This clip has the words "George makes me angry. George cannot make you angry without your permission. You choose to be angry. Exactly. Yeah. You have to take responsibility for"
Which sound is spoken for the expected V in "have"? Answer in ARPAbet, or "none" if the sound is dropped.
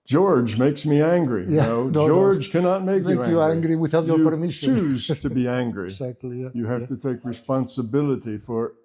F